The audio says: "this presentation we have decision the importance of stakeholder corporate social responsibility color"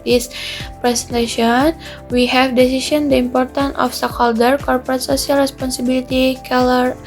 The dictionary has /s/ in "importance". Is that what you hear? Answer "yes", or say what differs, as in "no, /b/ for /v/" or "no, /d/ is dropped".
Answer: no, /s/ is dropped